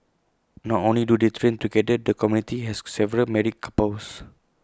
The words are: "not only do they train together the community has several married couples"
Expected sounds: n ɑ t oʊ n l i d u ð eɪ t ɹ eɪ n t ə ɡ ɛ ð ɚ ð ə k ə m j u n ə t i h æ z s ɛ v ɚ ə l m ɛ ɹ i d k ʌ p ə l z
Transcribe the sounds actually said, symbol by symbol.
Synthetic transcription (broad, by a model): n ɑ t oʊ n l i d u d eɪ t ɹ eɪ n t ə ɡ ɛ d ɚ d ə k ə m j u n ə t i h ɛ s s ɛ v ɚ ə l m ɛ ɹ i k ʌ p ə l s